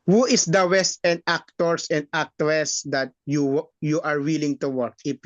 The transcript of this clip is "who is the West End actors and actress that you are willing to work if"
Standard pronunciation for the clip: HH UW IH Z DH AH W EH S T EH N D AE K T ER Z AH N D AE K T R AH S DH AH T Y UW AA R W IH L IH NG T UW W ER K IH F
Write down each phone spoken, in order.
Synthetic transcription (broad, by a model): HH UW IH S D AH W EH S T EH N D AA K T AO S AH N D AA K T W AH S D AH T Y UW AA R W IH L IH NG T UW W ER K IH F